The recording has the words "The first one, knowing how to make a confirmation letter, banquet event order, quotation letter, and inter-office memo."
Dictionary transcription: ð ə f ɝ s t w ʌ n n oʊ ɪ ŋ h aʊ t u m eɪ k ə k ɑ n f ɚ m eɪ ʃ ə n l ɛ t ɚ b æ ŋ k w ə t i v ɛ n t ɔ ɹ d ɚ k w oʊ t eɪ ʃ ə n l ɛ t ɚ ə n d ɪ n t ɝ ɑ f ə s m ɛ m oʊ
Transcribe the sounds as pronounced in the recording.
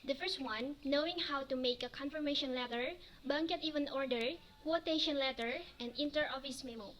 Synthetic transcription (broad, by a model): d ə f ɝ s t w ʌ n n oʊ ɪ ŋ h aʊ t u m eɪ k ə k ɑ n f ɚ m eɪ ʃ ə n l ɛ t ɚ b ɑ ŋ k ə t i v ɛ n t ɔ ɹ d ɚ k w oʊ t eɪ ʃ ə n l ɛ t ɚ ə n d ɪ n t ɝ ɑ f ə s m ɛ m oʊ